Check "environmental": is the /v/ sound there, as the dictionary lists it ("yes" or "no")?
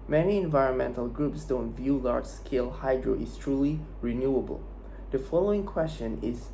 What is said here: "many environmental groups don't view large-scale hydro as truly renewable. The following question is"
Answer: yes